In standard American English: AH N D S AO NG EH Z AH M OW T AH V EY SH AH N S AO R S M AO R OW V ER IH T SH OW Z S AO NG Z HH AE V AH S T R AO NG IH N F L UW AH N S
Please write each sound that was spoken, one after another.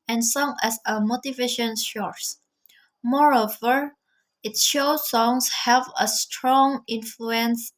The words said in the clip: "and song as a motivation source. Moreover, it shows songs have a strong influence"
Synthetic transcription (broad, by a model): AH N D S AO NG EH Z AH M OW T AH V EY SH AH N SH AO R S M AO R OW V ER IH T SH OW S AO NG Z HH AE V AH S T R AO NG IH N F L UW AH N S